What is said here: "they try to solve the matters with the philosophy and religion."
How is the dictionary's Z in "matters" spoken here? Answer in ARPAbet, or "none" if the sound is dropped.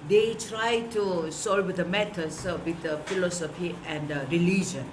S